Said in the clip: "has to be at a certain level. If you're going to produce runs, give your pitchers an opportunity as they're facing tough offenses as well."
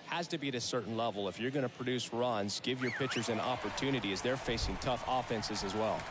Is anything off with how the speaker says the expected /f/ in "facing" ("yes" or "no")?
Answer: no